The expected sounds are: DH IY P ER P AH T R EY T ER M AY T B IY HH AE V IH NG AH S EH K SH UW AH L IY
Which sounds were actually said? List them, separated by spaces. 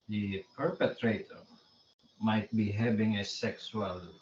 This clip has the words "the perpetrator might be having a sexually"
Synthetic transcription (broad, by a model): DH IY P ER P AH T R EY T ER M AY T B IY HH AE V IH NG AH S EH K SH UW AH L